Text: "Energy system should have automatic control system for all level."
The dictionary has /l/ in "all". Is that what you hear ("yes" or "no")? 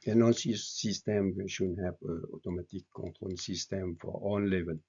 no